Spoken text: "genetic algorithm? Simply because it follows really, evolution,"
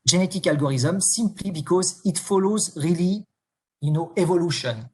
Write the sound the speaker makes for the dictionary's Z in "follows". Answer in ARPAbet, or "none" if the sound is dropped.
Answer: Z